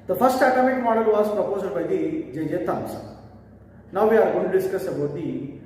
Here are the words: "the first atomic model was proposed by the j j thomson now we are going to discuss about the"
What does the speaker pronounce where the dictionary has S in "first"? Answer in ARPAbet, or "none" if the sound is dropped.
S